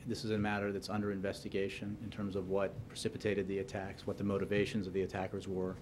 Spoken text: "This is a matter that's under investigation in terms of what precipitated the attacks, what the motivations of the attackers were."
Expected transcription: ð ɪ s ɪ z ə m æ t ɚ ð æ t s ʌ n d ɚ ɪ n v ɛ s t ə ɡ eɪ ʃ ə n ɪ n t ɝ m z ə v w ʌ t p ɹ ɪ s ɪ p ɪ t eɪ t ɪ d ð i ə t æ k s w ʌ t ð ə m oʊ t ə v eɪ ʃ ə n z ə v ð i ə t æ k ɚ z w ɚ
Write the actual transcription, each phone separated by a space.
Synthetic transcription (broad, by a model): ð ɪ s ɪ z ə m æ t ɚ ð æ t s ʌ n d ɚ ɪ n v ɛ s t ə ɡ eɪ ʃ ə n ɪ n t ɝ m z ə v w ʌ t p ɹ ɪ s ɪ p ɪ t eɪ t ɪ d ð i ə t æ k s w ʌ t ð ə m oʊ t ə v eɪ ʃ ə n z ə v ð i ə t æ k ɚ z w ɚ